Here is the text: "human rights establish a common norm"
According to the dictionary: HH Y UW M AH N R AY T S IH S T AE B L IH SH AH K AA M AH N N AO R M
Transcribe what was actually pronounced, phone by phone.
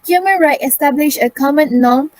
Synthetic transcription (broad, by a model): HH Y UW M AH N R AY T IH S T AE B L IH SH AH K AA M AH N N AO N